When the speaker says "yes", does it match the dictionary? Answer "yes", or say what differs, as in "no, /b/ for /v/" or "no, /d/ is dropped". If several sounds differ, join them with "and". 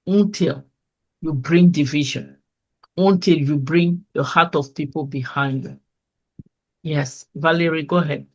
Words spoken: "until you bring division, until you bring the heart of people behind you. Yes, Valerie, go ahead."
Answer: yes